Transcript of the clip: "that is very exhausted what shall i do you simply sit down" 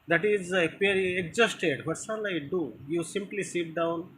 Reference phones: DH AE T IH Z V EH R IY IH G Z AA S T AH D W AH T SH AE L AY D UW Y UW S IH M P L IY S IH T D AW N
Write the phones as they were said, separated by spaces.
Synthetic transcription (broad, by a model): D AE T IH Z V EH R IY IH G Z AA S T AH D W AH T S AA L AY D UW Y UW S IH M P L IY S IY T D AW N